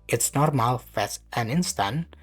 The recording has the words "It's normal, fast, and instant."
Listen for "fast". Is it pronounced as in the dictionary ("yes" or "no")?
no